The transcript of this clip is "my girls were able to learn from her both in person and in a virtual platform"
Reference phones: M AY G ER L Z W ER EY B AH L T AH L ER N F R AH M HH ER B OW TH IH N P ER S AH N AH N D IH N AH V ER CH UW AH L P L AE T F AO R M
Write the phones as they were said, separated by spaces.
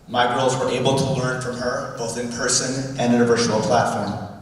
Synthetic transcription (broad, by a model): M AY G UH L Z W ER EY B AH L T AH L ER N F R AH M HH ER B OW TH IH N P ER S AH N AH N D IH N AH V ER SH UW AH L P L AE T F AO R M